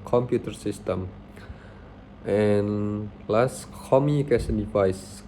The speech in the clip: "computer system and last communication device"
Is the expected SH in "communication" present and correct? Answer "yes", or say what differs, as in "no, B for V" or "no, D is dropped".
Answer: no, S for SH